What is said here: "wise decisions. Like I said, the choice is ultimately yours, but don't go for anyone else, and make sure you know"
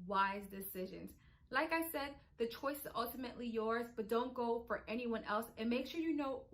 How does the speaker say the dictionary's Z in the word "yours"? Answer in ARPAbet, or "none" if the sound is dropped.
Z